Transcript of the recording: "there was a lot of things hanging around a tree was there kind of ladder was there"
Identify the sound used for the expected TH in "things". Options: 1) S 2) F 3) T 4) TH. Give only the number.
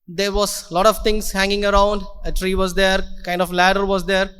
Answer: 3